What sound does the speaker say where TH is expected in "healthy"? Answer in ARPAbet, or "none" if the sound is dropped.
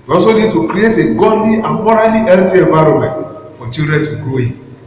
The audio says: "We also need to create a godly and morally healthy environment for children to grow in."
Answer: T